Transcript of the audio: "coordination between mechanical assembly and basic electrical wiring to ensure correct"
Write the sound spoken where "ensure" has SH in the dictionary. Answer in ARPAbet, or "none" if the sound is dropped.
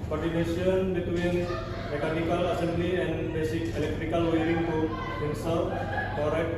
S